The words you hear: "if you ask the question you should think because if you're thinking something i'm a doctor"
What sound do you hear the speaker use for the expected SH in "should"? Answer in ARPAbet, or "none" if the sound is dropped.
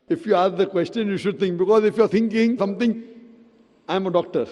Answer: SH